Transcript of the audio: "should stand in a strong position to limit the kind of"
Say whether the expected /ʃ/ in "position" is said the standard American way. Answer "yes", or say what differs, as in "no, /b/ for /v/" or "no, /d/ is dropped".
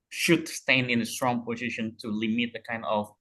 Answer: yes